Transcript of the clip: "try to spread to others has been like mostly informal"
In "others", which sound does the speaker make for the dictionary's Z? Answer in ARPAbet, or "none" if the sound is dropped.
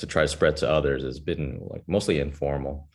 Z